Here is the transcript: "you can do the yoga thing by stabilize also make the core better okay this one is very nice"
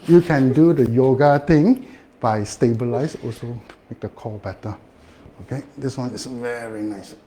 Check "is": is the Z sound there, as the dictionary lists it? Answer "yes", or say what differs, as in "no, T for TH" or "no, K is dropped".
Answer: no, S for Z